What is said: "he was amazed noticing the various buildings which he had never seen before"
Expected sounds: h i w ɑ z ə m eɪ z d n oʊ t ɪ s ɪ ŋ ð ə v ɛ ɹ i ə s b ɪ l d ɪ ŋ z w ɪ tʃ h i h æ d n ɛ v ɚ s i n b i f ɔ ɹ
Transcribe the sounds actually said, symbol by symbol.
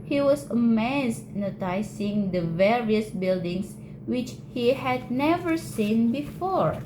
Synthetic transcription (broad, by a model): h i w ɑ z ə m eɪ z n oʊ t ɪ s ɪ ŋ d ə v ɛ ɹ i ə s b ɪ l d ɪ ŋ s w ɪ tʃ h i h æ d n ɛ v ɚ s i n b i f ɔ ɹ